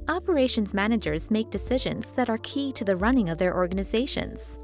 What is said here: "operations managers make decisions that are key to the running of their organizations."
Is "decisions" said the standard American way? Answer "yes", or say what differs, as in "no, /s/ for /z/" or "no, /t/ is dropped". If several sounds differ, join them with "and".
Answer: yes